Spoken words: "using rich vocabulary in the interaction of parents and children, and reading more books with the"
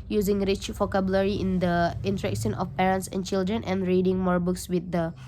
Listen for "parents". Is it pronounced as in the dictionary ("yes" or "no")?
yes